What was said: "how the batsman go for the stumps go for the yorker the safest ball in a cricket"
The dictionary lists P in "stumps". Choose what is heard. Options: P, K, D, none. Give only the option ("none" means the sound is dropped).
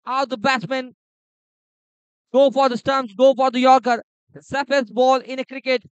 none